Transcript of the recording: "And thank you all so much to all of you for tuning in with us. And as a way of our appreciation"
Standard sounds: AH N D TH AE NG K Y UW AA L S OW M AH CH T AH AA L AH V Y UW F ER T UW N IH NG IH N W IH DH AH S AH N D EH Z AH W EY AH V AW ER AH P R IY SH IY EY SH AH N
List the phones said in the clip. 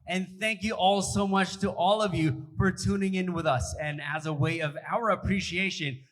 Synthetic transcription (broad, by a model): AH N TH AE NG K Y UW AA L S OW M AH CH T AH AA L AH V Y UW F ER T UW N IH NG IH N W IH DH AH S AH N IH Z AH W EY AH V AW ER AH P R IY SH IY EY SH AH N